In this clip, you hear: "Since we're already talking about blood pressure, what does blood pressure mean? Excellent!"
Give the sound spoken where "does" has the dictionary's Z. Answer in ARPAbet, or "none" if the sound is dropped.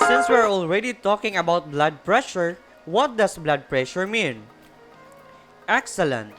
S